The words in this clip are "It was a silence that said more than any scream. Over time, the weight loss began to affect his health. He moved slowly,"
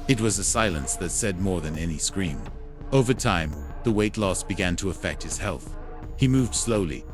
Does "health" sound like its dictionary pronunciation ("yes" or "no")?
yes